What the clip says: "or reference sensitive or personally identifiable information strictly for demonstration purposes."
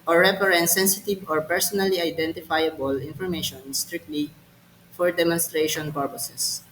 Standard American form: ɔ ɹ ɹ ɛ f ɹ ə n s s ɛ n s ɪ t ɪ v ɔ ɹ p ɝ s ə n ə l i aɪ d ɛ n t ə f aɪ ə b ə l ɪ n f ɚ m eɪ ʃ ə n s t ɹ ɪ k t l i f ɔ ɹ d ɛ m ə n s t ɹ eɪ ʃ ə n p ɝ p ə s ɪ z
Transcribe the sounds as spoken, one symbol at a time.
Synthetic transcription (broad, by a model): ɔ ɹ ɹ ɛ p ɹ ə n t s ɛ n s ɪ t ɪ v ɔ ɹ p ɝ s ə n ə l i aɪ d ɛ n t ə f aɪ ə b ə l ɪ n f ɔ m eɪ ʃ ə n s t ɹ ɪ k t l i f ɔ ɹ d ɛ m ə n s t ɹ eɪ ʃ ə n p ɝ p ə s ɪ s